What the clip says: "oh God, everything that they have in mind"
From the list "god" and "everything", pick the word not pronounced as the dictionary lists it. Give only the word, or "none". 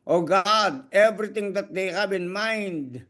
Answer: everything